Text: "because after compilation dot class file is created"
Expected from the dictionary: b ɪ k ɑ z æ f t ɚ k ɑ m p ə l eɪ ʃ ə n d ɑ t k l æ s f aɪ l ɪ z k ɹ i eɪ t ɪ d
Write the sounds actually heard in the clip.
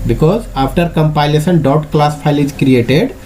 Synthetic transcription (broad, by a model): b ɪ k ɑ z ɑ p t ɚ k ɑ m p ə l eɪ s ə n d ɑ t k l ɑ s p aɪ l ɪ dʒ k ɹ i eɪ t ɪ d